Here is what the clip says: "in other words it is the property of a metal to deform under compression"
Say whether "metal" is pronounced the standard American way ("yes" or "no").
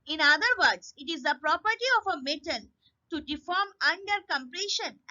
no